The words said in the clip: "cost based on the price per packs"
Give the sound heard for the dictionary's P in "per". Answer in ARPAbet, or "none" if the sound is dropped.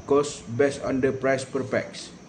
P